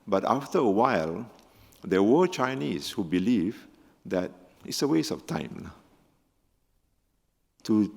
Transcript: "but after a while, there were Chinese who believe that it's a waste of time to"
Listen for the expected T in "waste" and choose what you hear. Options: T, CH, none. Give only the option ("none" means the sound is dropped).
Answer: none